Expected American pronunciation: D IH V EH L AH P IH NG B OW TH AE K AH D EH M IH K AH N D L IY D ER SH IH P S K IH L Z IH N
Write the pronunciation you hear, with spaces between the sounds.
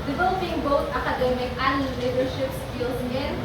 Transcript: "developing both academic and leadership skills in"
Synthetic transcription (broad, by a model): D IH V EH L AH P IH NG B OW T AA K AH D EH M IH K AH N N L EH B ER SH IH P S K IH L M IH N